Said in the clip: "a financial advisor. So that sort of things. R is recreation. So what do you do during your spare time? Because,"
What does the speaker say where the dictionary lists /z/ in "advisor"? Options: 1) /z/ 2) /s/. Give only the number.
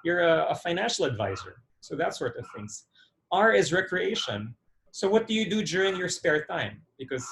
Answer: 1